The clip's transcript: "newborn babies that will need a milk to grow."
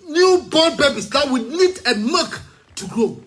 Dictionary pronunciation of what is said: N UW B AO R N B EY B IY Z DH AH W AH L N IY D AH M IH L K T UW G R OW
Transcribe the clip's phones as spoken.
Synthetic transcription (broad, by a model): N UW B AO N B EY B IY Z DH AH W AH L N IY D AH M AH K T UW G R OW